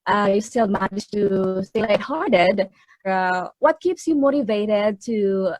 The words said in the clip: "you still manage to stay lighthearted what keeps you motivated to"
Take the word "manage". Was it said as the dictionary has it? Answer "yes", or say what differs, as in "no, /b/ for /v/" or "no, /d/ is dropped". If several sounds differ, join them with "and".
no, /n/ is dropped